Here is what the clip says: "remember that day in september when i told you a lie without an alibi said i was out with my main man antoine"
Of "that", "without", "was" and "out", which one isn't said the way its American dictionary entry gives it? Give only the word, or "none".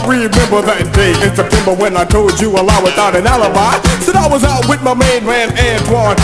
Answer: none